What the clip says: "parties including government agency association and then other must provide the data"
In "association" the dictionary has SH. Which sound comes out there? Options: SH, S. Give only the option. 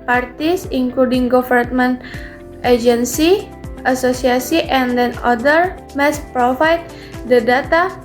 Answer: S